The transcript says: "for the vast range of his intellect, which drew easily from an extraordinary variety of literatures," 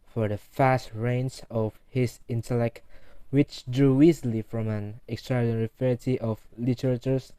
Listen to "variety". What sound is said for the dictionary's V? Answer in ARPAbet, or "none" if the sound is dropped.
F